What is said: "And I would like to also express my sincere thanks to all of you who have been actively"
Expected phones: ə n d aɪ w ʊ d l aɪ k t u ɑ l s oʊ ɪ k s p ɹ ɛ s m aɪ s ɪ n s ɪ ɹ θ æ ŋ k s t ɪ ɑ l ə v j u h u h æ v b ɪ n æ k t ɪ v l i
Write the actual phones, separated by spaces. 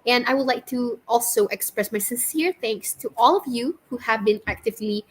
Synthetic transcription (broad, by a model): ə n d aɪ w ʊ d l aɪ k t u ɑ l s oʊ ɪ k s p ɹ ɛ s m aɪ s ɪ n s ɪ ɹ θ æ ŋ k s t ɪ ɑ l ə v j u h u h æ v b ɪ n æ k t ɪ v l i